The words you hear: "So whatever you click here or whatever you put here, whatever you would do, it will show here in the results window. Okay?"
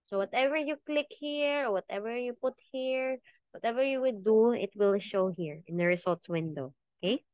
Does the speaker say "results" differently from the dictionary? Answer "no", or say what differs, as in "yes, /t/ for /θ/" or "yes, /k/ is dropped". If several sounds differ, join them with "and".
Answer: yes, /s/ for /z/